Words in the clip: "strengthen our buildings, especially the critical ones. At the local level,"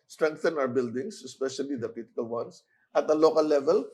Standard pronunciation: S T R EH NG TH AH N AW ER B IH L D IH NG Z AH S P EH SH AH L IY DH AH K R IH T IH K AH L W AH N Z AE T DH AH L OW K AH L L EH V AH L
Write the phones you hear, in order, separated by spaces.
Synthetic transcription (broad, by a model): S T R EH NG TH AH N AW ER B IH L D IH NG S AH S P EH SH AH L IY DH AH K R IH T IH K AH L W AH N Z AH T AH L OW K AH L L EH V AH L